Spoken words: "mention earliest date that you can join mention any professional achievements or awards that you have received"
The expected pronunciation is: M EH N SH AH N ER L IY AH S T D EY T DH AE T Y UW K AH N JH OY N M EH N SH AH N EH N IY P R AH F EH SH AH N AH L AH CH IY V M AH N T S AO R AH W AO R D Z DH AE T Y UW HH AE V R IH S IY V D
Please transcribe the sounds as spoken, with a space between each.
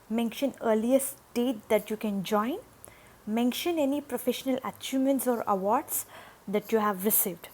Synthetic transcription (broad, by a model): M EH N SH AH N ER L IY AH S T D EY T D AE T Y UW K AH N JH OY N M EH N SH AH N EH N IY P R AH F EH SH AH N AH L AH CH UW M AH N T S AO R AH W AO R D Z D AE T Y UW HH AE V R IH S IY V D